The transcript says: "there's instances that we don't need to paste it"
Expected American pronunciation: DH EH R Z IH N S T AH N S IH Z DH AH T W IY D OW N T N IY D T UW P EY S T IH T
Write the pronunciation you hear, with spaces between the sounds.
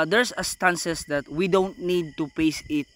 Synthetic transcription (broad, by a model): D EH R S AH S T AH N S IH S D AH T W IY D OW N T N IY D T UW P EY S IH T